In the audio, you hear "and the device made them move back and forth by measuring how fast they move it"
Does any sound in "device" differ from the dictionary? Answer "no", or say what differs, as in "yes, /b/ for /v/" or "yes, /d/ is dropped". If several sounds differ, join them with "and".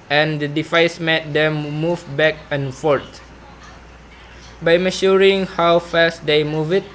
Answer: yes, /f/ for /v/